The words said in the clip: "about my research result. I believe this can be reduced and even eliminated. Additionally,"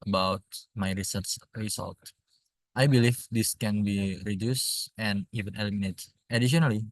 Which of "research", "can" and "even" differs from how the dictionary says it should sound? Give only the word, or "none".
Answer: research